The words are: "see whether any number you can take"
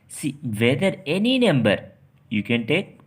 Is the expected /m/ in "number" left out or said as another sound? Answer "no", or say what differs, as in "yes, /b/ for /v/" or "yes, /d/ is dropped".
no